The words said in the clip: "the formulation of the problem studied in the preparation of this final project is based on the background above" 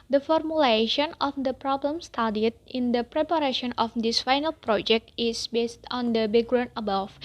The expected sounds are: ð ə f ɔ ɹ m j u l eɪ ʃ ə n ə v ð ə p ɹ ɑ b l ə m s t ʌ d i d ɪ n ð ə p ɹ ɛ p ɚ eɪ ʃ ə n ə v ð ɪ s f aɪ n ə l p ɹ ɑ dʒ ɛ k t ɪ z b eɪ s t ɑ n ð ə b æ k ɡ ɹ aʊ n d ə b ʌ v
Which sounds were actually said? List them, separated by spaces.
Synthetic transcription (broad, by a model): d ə f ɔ ɹ m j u l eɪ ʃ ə n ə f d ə p ɹ ɑ b l ə m s t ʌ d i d ɪ n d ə p ɹ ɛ p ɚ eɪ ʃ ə n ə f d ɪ s f aɪ n ə l p ɹ ɑ dʒ ɛ k t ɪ s b eɪ s t ɑ n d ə b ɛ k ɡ ɹ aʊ n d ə b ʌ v